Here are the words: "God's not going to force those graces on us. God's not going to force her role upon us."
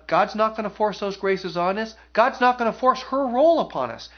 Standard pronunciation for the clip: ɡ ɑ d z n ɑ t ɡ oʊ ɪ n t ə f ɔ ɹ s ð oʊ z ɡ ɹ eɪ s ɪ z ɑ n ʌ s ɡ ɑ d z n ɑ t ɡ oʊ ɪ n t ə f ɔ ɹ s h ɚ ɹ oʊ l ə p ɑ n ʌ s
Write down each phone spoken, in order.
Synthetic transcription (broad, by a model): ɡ ɑ d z n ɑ t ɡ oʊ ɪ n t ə f ɔ ɹ s ð oʊ z ɡ ɹ eɪ s ɪ z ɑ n ʌ s ɡ ɑ d z n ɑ t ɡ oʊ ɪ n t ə f ɔ ɹ s h ɚ ɹ oʊ l ə p ɑ n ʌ s